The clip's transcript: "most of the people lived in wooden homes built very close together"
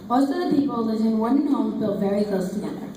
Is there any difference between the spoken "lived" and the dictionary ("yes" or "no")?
yes